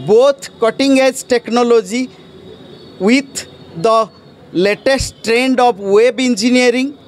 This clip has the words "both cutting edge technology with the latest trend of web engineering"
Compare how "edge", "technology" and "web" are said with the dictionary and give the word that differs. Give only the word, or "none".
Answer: none